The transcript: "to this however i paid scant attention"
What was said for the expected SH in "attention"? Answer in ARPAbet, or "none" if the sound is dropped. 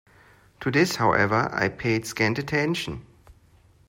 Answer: SH